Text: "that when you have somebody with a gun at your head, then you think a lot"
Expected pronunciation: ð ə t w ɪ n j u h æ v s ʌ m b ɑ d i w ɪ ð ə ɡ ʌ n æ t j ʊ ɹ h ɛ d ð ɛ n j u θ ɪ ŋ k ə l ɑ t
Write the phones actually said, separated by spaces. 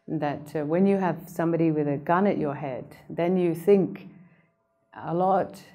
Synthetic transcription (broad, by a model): ð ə t w ɪ n j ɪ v s ʌ m b ɑ d i w ɪ ð ə ɡ ʌ n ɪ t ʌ ɹ h ɛ d ð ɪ n j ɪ θ ɪ ŋ k ə l ɑ t